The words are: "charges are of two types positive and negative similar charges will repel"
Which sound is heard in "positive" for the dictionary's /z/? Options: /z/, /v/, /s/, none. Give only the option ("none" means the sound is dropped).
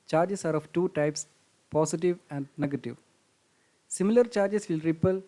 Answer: /s/